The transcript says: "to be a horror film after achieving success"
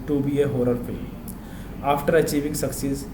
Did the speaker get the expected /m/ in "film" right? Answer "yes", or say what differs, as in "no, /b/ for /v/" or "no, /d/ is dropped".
no, /m/ is dropped